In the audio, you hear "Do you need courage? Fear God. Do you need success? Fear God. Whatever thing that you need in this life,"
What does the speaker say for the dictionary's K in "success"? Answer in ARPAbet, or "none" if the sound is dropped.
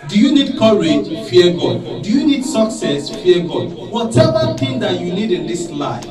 K